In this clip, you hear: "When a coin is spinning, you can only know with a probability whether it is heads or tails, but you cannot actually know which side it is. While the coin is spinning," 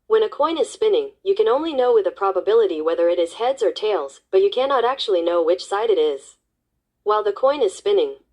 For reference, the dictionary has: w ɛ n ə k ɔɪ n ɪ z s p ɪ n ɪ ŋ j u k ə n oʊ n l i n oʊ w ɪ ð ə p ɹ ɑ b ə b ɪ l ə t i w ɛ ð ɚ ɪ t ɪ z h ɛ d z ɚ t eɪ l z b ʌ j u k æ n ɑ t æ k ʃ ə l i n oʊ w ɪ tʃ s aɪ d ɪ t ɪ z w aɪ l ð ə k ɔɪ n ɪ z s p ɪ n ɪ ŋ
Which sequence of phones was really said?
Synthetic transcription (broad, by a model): w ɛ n ə k ɔɪ n ɪ z s p ɪ n ɪ ŋ j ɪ k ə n oʊ n l i n oʊ w ɪ ð ə p ɹ ɑ b ə b ɪ l ə t i w ɛ ð ɚ ɪ t ɪ z h ɛ d z ɚ t eɪ l z b ʌ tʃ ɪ k æ n ɑ t æ k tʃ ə l i n oʊ w ɪ tʃ s aɪ d ɪ t ɪ z w aɪ l ð ə k ɔɪ n ɪ z s p ɪ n ɪ ŋ